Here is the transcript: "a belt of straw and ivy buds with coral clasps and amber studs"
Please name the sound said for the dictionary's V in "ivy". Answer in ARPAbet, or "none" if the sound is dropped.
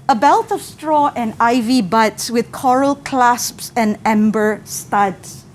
V